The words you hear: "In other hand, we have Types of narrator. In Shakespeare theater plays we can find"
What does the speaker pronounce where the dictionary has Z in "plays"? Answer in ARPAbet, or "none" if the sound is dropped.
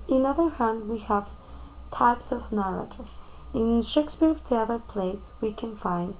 S